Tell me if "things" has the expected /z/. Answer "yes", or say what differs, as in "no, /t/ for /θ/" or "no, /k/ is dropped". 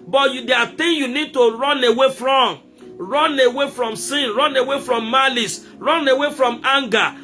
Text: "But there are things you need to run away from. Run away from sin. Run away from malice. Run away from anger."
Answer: no, /z/ is dropped